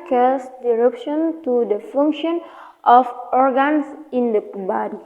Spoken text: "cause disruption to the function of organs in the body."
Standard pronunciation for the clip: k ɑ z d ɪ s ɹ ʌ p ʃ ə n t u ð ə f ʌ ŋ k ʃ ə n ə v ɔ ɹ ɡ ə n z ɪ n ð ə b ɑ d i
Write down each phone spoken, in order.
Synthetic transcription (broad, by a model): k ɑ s d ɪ ɹ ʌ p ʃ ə n t u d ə f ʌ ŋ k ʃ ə n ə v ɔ ɹ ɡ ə n s ɪ n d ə b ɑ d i